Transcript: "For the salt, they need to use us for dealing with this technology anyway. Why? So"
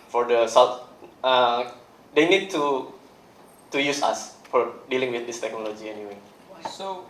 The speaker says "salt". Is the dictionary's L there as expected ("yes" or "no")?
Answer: no